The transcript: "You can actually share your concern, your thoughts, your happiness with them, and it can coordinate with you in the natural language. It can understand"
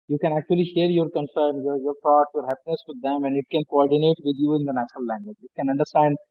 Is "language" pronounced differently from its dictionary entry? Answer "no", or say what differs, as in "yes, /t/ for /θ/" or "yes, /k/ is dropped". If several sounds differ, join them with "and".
no